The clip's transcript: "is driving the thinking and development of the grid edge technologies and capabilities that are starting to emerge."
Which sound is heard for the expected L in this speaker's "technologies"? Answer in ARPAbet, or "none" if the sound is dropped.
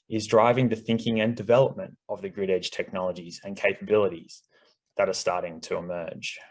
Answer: L